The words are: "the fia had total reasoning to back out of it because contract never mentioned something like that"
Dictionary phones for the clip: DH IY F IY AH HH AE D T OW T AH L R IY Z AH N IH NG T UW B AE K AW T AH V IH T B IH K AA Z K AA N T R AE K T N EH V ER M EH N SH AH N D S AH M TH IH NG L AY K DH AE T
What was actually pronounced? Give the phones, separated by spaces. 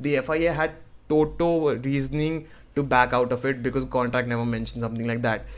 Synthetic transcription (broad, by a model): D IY F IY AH HH AE D T OW T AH R IY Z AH N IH NG T UW B AE K AW T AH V IH T B IH K AA Z K AA N T R AE K T N EH V ER M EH N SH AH N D S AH M T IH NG L AY K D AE T